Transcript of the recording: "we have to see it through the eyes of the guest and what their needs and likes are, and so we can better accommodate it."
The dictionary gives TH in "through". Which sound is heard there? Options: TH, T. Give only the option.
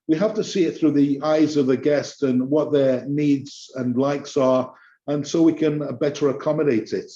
TH